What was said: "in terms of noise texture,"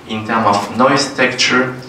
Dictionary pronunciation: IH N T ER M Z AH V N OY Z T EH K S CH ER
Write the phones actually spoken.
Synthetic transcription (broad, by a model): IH N T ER M AH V N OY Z T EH K CH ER